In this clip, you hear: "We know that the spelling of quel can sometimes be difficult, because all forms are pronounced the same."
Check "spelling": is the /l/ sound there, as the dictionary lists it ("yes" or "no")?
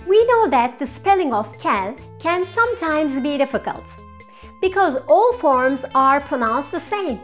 yes